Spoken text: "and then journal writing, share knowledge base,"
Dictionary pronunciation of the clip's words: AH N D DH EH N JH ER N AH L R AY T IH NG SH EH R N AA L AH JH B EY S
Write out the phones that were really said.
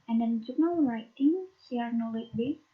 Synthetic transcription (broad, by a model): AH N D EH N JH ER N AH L R AY T IH NG S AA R N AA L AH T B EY